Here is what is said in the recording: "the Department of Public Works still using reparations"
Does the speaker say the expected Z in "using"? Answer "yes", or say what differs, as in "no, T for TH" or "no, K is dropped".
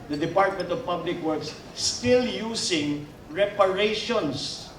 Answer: no, S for Z